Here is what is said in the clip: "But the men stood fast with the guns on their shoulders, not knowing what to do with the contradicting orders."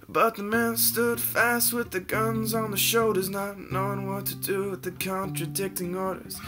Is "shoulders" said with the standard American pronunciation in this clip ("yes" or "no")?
no